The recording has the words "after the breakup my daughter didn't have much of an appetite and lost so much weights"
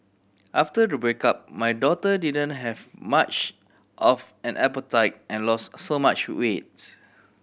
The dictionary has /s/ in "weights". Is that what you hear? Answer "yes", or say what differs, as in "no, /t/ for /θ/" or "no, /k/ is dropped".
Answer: no, /s/ is dropped